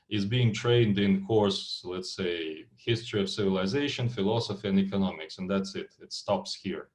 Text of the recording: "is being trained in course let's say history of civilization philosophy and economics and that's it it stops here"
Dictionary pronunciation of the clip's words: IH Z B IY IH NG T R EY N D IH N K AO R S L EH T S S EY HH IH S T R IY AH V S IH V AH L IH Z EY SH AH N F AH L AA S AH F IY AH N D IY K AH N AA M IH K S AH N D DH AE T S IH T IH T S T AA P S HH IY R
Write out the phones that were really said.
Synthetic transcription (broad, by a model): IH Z B IY IH NG T R EY N D IH N K AO R S L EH T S S EY HH IH S T R IY AH V S IH V AH L IH Z EY SH AH N F AH L AA S AH F IY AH N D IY K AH N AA M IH K S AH N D DH AE T S IH T IH T S T AA P S HH IY R